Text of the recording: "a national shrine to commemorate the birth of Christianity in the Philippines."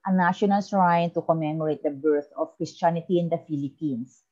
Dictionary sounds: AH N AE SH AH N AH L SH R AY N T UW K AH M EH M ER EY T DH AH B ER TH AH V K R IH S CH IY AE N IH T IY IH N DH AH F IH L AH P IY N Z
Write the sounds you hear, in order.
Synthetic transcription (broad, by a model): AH N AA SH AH N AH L S R AY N T UW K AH M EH M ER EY T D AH B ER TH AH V K R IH S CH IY N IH T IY IH N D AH F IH L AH P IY N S